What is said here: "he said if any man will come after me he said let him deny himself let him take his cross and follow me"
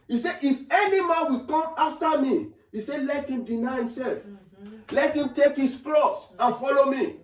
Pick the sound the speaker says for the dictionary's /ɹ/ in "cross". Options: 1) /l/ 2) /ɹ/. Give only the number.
1